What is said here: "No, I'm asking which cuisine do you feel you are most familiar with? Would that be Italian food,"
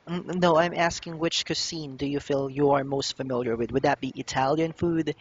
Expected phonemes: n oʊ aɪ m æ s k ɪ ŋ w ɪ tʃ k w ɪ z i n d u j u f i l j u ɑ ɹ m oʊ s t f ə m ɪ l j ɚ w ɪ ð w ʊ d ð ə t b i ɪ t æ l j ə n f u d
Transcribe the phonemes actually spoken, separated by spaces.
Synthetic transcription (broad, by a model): n oʊ aɪ m æ s k ɪ ŋ w ɪ tʃ k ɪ s i n d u j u f i l j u ɑ ɹ m oʊ s t f ə m ɪ l j ɚ w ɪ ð w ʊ d ð ə t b i ɪ t æ l j ə n f u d